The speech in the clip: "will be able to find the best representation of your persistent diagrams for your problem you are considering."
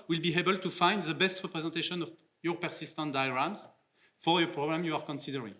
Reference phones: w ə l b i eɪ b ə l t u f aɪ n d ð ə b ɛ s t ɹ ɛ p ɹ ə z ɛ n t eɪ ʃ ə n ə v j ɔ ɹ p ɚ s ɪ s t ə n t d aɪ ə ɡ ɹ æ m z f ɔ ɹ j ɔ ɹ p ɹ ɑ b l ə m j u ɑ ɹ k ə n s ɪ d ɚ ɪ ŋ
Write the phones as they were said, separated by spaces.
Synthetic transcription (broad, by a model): w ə l b i eɪ b ə l t u f aɪ n d ð ə b ɛ s t ɹ ɛ p ɹ ə z ɛ n t eɪ ʃ ə n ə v j ɔ ɹ p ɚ s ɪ s t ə n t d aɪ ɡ ɹ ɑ m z f ɔ ɹ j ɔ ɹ p ɹ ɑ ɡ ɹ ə m j u ɑ ɹ k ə n s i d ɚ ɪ ŋ